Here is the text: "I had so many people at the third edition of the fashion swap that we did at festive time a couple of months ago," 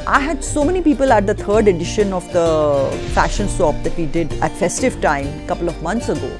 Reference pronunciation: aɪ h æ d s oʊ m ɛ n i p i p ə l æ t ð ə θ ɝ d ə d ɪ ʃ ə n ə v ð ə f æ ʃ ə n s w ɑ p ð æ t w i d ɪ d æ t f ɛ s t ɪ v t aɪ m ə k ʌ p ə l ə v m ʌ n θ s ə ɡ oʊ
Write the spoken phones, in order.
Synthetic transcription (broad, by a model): aɪ h æ d s oʊ m ɛ n i p i p ə l æ t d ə t ɝ d ə d ɪ ʃ ə n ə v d ə f æ ʃ ə n s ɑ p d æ t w i d ɪ d æ t f ɛ s t ɪ v t aɪ m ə k ʌ p ə l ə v m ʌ n t s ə ɡ oʊ